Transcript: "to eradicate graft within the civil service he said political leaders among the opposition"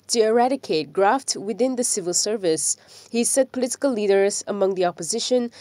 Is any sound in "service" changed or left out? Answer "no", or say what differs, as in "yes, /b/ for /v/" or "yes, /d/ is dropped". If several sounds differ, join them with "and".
no